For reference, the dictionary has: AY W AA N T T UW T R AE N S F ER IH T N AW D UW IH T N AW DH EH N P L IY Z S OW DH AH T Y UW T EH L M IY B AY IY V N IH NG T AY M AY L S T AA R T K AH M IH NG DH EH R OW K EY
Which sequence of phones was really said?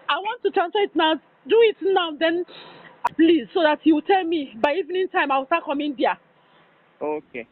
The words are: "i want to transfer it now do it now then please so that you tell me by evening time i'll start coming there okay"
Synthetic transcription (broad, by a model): AY W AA N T T UW T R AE N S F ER IH T N AW D UW IH T N AW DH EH N P L IY Z S OW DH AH T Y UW T EH L M IY B AY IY V N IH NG T AY M AY W S T AA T K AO M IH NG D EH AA OW K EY